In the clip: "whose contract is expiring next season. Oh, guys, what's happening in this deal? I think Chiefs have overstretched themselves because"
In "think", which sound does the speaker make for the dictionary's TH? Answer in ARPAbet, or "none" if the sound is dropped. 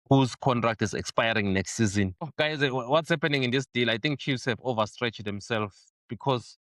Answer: T